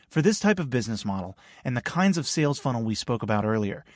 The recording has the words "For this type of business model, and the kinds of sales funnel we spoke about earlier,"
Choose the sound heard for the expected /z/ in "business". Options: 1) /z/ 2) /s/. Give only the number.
1